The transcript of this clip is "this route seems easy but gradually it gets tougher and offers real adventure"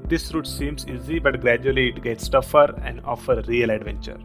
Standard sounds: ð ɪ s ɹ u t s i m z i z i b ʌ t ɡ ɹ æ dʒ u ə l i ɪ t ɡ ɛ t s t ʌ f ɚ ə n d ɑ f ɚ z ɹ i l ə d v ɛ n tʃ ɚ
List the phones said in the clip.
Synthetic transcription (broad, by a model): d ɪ s ɹ u t s i m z i z i b ʌ t ɡ ɹ æ dʒ u ə l i ɪ t ɡ ɛ t s t ʌ f ɚ ə n d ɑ f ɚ ɹ i l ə d v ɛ n tʃ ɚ